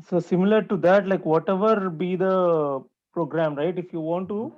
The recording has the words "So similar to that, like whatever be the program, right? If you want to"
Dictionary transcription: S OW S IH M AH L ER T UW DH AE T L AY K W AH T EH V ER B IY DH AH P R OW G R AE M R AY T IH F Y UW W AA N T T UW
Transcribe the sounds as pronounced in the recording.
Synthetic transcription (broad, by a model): S OW S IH M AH L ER T UW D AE T L AY K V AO T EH V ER B IY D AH P R OW G R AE M R AY T IH F Y UW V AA N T T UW